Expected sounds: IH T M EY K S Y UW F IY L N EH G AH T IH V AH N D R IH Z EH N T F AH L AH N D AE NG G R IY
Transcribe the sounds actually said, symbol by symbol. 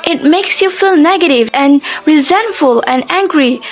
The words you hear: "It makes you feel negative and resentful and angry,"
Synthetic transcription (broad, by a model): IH T M EY K S Y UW F IY L N EH G AH T IH V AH N R IH Z EH N T F AH L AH N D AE NG G R IY